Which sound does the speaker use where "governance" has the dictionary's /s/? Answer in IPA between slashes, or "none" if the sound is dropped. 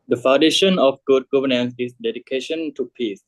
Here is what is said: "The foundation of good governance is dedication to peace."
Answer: /s/